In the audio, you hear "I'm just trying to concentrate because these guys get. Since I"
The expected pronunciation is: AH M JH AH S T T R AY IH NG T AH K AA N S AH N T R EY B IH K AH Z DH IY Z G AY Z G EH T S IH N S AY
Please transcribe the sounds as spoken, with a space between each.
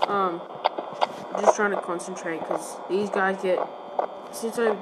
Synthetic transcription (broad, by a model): AH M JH AH S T T R AY IH NG T AH K AA N S AH N T R EY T K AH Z DH IY Z G AY Z G EH T S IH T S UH